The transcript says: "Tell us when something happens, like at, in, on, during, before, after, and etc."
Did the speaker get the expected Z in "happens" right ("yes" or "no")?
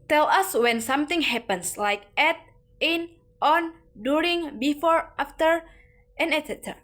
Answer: no